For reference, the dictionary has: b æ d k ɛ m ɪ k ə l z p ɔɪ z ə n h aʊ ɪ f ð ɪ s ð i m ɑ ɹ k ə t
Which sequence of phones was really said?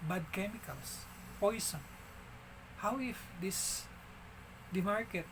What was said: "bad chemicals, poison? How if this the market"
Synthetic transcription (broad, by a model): b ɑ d k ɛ m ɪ k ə l s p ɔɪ s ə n h aʊ ɪ f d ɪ s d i m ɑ ɹ k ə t